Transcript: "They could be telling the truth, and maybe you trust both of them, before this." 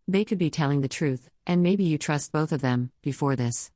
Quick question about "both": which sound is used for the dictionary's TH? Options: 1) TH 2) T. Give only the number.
1